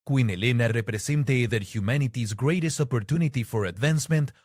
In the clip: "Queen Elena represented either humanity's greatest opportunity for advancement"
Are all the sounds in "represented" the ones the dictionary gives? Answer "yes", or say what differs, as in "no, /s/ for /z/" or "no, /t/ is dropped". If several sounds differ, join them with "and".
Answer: no, /s/ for /z/